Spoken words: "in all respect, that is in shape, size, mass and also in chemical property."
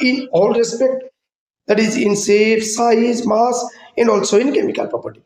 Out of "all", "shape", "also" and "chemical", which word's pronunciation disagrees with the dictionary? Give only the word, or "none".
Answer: shape